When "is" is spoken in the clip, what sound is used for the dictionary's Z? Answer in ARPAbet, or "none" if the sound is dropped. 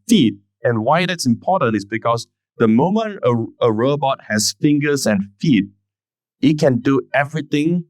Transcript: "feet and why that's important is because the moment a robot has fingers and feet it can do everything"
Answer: S